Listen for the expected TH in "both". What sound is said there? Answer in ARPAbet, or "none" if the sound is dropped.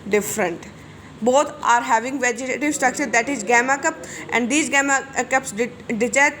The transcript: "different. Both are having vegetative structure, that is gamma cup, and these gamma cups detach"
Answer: T